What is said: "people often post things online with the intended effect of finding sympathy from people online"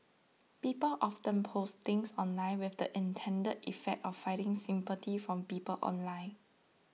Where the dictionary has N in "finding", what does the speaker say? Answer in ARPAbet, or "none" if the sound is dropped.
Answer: none